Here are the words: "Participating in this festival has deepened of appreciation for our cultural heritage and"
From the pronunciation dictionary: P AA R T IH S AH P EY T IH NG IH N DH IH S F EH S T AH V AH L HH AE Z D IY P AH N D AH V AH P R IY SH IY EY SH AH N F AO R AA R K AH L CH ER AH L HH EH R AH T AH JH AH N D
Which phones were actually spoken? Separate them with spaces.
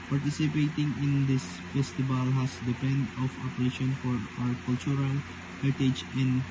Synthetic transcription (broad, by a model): P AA R T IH S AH P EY T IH NG IH N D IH S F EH S T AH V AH L HH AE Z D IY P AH N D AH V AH P EH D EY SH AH N F AO R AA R K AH L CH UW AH L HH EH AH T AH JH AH N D